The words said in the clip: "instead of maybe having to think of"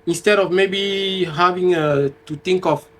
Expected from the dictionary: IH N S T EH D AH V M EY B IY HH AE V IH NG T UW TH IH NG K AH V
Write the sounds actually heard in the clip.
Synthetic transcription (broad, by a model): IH N S T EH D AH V M EY B IY HH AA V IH NG T UW T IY NG K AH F